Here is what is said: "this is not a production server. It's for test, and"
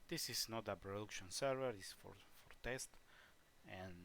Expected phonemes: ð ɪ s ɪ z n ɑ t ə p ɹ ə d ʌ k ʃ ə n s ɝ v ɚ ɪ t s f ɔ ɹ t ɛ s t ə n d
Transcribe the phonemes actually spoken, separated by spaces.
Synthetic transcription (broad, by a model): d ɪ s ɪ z n ɑ t ə p ɹ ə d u k ʃ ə n s ɝ v ɚ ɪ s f f ɔ ɹ t ɛ s t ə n